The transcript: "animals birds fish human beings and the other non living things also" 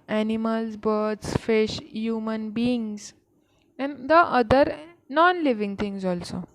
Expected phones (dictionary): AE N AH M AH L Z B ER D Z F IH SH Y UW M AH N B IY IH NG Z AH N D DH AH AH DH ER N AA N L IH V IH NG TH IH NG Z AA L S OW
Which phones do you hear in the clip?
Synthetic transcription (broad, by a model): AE N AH M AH L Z B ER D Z F IH SH Y UW M AH N B IY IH NG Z AH N D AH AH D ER N AA N L IH V IH NG T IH NG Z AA L S OW